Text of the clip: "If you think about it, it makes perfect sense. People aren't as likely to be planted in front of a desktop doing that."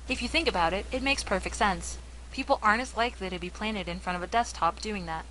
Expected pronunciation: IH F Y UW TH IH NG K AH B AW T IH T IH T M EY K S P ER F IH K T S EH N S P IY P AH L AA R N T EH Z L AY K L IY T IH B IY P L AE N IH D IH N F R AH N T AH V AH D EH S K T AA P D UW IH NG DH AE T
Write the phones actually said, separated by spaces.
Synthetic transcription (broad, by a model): IH F Y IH TH IH NG K AH B AW T IH T IH T M EY K S P ER F IH K T S EH N S P IY P L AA R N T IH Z L AY K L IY T IH B IY P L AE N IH D IH N F R AH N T AH V AH D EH S T AA P D UW IH NG DH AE T